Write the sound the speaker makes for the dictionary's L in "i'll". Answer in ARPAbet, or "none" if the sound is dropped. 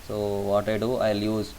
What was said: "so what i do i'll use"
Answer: L